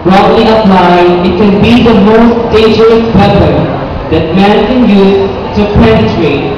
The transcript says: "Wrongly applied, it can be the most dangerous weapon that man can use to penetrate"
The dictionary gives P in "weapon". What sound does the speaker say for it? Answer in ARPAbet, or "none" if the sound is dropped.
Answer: B